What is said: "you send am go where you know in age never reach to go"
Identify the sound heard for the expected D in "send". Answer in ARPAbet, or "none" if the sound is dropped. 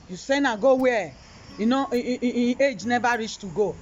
none